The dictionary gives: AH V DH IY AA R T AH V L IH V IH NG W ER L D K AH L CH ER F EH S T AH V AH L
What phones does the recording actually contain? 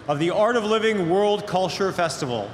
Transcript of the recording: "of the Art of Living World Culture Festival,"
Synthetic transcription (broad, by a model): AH V DH IY AA R T AH V L IH V IH NG W ER L D K AH L CH ER F EH S T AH V L